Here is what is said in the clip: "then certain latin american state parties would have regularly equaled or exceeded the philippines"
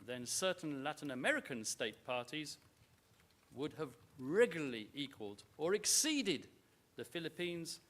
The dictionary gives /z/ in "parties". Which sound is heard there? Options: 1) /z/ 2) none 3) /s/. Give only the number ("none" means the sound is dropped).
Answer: 1